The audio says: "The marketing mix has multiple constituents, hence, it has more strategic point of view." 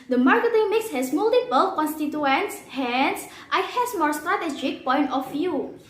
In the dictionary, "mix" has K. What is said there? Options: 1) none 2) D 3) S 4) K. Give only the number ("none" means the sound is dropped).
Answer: 4